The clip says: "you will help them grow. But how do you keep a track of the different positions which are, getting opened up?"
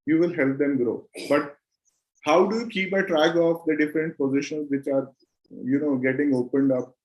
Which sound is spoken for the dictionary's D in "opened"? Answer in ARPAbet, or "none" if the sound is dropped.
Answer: D